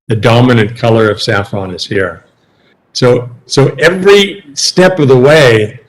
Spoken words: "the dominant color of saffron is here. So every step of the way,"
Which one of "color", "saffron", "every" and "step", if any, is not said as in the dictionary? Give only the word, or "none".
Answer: none